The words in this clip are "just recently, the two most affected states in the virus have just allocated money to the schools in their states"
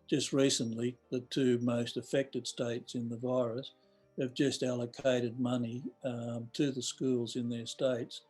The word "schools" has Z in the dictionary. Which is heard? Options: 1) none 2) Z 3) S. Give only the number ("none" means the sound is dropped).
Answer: 2